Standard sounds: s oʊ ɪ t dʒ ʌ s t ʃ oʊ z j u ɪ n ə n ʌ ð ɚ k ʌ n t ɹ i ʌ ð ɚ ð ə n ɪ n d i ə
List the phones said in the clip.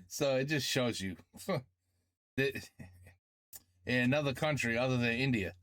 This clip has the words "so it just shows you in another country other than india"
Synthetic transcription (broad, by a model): s oʊ ɪ t dʒ ʌ s t ʃ oʊ z j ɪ ɪ n ə n ʌ ð ɚ k ʌ n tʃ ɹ i ʌ ð ɚ ð ə n ɪ n d i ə